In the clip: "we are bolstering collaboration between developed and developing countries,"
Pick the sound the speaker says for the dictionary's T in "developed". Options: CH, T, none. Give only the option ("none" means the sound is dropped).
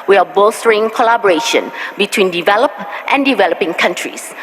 T